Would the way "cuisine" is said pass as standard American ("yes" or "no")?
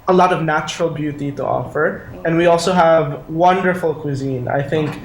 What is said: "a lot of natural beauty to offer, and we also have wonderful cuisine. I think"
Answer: yes